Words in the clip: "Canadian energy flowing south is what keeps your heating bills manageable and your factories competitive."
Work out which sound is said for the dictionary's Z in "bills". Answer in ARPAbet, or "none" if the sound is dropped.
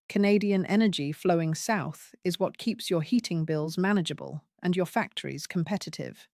Z